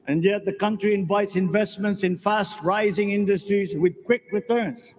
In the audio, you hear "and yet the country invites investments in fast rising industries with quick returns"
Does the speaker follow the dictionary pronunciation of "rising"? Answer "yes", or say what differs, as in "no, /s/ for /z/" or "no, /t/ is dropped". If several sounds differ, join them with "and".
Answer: yes